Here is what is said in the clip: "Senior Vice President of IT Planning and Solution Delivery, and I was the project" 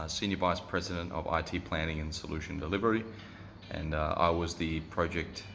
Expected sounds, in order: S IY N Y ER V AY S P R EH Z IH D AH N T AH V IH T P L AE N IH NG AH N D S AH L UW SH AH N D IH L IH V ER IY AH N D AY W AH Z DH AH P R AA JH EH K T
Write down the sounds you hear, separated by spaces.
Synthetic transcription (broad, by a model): S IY N Y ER V AY S P R EH Z IH D AH N T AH V IH T P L AE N IH NG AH N S AH L UW SH AH N D IH L IH V ER IY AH N AY W AH Z DH AH P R AA JH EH K T